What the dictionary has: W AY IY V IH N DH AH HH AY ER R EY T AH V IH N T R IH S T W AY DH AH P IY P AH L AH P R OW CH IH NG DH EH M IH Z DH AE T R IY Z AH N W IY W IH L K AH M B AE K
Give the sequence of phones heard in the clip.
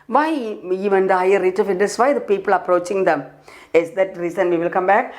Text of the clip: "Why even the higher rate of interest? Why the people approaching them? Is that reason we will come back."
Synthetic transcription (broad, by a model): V AY IY V IH N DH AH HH AY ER R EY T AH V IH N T IH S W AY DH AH P IY P AH L AH P R OW CH IH NG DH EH M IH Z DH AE T R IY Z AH N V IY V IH L K AH M B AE K